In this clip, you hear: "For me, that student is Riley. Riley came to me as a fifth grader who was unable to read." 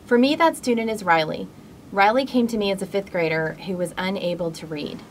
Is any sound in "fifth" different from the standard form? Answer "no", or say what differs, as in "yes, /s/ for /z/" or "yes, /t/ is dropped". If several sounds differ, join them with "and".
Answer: no